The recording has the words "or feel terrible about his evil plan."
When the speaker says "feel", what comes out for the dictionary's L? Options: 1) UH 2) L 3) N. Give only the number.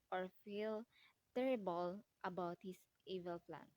2